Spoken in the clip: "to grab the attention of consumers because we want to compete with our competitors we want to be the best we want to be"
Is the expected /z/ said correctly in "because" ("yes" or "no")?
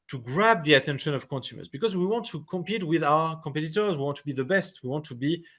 yes